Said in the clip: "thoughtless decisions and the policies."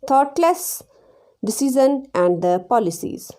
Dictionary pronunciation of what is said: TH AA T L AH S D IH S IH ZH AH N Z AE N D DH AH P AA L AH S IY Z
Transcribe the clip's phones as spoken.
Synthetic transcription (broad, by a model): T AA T L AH S D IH S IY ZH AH N AE N D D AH P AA L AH S IY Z